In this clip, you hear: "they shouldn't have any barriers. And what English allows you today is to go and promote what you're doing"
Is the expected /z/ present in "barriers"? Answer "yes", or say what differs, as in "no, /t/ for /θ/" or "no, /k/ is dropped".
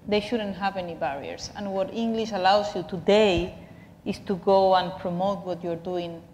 no, /s/ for /z/